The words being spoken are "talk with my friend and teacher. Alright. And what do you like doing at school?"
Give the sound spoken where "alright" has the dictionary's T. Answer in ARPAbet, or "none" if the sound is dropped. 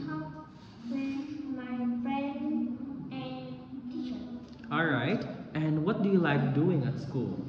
T